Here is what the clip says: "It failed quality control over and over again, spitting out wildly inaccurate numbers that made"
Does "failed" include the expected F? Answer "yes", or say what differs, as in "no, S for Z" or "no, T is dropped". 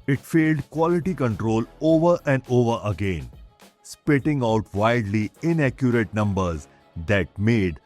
yes